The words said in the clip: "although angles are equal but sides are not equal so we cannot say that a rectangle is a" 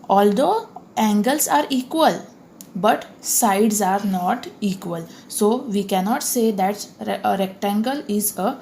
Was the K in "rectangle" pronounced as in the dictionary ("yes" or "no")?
yes